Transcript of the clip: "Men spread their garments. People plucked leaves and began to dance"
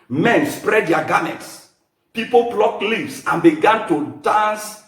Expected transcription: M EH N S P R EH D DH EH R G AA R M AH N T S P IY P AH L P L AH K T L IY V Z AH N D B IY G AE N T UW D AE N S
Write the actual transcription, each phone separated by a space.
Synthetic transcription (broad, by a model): M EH N S P R EH D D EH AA G AA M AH T S P IY P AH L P L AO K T L IY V S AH N B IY G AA N T UW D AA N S